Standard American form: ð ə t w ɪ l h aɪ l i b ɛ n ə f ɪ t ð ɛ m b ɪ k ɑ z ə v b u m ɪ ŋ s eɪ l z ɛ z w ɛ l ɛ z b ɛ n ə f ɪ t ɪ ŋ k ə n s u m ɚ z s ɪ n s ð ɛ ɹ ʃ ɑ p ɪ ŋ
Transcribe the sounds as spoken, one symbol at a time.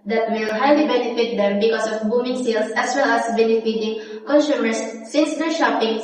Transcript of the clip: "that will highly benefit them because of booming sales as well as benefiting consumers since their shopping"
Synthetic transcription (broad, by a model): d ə t w ɪ l h aɪ l i b ɛ n ə f ɪ t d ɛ m b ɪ k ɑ s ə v b u m ɪ ŋ s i l s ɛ s w ɛ l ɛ s b ɛ n ə f ɪ t ɪ ŋ k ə n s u m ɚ s ɪ n s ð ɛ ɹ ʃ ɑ p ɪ ŋ